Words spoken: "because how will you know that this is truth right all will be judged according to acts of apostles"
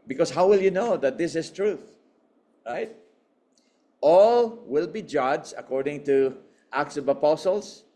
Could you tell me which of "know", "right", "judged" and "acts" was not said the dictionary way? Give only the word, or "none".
judged